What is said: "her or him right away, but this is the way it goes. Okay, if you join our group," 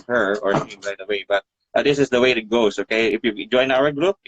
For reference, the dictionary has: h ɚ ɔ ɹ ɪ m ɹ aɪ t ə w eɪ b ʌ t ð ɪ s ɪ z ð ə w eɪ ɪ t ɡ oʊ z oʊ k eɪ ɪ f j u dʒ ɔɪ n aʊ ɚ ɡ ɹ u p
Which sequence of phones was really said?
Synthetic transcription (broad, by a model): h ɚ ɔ ɹ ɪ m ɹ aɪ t ə w eɪ b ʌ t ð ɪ s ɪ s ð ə w eɪ ɪ t ɡ oʊ s oʊ k eɪ ɪ f j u dʒ ɔɪ n aʊ ɚ ɡ ɹ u p